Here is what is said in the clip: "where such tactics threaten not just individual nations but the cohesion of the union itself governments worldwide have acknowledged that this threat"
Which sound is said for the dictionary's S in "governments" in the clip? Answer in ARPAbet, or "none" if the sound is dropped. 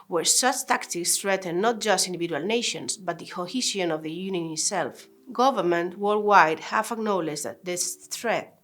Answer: none